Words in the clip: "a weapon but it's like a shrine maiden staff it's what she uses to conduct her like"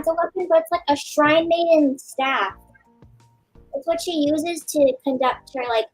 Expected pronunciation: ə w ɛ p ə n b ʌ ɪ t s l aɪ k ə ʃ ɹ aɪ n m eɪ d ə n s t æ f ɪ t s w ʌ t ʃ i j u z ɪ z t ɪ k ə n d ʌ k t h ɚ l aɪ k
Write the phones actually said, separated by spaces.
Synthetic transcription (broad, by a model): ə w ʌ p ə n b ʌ ɪ t s l aɪ k ə ʃ ɹ aɪ n m eɪ d ə n s t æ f ɪ t s w ʌ t ʃ i j u z ɪ z t ɪ k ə n d ʌ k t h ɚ l aɪ k